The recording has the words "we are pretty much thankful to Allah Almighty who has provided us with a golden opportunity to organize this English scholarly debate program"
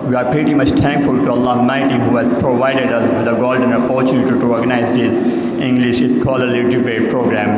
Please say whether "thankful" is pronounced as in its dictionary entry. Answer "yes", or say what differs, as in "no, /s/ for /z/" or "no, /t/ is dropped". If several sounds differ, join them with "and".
no, /t/ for /θ/